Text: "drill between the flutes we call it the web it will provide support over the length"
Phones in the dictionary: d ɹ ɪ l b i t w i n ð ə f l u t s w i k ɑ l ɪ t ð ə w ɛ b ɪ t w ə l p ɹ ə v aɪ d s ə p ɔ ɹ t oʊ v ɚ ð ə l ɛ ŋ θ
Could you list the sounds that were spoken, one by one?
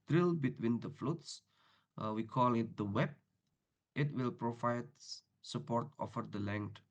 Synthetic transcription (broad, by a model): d ɹ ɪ l b i t w i n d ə f l u t s w i k ɑ l ɪ t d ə w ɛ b ɪ t w ə l p ɹ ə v aɪ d s ə p ɔ ɹ t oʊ f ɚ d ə l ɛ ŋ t